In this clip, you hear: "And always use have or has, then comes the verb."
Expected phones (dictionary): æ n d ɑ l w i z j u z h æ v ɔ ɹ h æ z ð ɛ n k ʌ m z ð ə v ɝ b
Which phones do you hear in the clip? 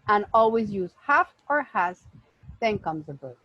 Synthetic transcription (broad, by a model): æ n ɑ l w i z j u z h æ f ɔ ɹ h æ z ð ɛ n k ʌ m z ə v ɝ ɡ